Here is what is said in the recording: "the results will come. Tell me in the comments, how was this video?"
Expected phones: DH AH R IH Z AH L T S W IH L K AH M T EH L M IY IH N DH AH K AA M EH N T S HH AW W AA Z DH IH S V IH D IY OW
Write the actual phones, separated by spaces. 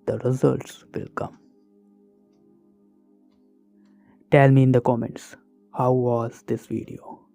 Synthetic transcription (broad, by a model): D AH R IH Z AH L T S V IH L K AH M T EH L M IY IH N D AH K AA M EH N T S HH AW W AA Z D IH S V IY D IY OW